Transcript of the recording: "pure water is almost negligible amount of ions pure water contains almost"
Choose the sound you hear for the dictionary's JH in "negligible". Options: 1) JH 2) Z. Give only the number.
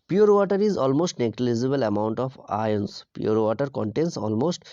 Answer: 2